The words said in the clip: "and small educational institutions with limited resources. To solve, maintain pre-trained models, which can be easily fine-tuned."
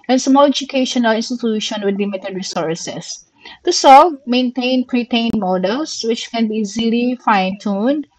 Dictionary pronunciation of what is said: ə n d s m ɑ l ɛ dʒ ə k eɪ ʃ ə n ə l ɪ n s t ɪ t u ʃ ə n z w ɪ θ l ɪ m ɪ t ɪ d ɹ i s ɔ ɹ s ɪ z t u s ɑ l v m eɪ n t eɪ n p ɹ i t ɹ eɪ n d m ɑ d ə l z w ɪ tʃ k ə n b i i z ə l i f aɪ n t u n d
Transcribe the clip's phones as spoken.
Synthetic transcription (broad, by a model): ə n s m ɑ l ɛ dʒ ə k eɪ ʃ ə n ə l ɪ n s t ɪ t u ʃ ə n w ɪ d l ɪ m ɪ t ɪ d ɹ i s ɔ ɹ s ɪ s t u s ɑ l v m eɪ n t eɪ n p ɹ i t eɪ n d m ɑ d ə l s w ɪ tʃ k ə n b i i z ə l i f aɪ n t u n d